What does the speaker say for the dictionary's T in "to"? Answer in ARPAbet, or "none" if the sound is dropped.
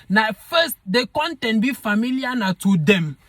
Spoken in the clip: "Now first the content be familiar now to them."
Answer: T